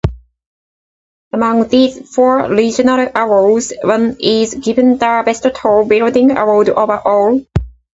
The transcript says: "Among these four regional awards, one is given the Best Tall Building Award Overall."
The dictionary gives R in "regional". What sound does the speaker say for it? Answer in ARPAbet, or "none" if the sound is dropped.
L